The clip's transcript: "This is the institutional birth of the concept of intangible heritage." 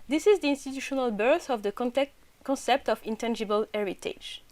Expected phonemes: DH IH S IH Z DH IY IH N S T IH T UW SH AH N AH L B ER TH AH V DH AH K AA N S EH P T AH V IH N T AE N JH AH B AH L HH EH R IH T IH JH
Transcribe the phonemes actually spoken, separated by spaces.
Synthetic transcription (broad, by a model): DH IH S IH Z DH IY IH N S T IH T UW SH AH N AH L B ER TH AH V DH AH K AA N S EH P T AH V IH N T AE N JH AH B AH L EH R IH T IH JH